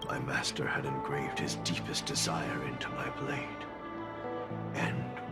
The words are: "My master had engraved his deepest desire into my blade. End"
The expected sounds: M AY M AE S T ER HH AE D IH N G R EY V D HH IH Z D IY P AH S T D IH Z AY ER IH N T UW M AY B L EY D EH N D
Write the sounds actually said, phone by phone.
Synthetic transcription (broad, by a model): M AY M AE S T ER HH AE D IH N G R EY V D HH IH Z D IY P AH S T D IH Z AY ER IH N T UW M AY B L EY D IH N